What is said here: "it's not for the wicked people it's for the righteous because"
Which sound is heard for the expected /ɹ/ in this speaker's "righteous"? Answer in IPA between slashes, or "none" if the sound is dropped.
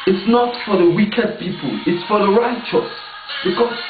/ɹ/